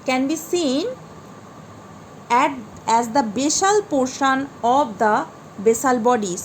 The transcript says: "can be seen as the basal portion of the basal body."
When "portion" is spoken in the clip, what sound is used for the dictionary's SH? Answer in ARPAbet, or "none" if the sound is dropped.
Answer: SH